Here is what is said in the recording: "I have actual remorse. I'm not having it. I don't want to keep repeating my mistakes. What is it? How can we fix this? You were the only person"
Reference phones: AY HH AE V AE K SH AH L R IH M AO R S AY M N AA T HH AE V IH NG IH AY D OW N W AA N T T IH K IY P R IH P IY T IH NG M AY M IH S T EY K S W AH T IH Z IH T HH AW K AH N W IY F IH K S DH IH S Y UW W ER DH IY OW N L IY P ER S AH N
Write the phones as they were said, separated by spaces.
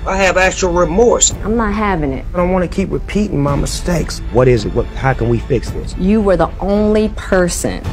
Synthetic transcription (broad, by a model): AY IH V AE K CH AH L R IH M AO R S AY M N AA T HH AE V IH NG IH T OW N W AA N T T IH K IY P R IH P IY T IH NG M AY M IH S T EY K S W AH T IH Z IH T HH AW K AH N W IY F IH K S DH IH S Y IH W ER DH IY OW N L IY P ER S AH N